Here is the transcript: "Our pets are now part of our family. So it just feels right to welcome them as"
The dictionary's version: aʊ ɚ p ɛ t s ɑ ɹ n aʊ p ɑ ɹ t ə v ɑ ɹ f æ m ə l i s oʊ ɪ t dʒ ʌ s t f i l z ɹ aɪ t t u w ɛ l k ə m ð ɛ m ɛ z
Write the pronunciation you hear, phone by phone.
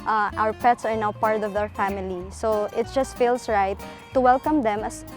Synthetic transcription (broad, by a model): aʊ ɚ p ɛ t s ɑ ɹ n aʊ p ɑ ɹ t ə v ɑ ɹ f æ m ə l i s oʊ ɪ t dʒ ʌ s t f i l s ɹ aɪ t t u w ɛ l k ə m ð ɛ m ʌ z